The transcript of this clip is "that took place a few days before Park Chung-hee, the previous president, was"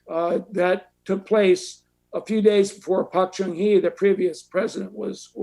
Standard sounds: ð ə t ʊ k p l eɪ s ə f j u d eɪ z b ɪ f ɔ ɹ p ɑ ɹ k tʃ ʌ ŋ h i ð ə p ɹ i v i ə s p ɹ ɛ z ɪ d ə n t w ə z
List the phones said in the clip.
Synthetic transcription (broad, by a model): ð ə t ʊ k p l eɪ s ə f j u d eɪ z b ɪ f ɔ ɹ p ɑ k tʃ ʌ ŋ h i ð ə p ɹ i v i ə s p ɹ ɛ z ɪ d ə n t w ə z